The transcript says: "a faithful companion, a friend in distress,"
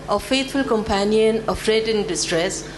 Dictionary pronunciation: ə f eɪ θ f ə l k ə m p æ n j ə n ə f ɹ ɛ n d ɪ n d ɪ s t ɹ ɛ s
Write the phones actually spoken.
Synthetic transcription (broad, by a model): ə f eɪ t f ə l k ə m p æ n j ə n ə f ɹ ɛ d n d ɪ s t ɹ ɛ s